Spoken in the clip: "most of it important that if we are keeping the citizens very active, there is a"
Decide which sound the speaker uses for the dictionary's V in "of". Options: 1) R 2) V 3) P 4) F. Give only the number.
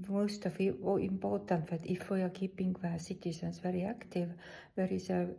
4